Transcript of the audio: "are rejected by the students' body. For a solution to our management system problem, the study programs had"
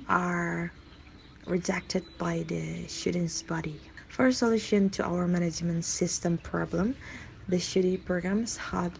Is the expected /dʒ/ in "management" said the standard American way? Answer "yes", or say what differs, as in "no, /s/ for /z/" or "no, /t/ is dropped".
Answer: yes